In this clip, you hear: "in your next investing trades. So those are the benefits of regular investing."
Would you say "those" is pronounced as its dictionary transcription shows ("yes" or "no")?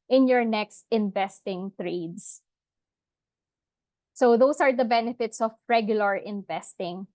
no